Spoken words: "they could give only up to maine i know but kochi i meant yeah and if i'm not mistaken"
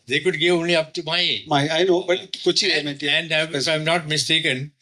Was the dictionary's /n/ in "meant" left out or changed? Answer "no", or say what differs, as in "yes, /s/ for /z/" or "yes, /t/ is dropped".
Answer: yes, /n/ is dropped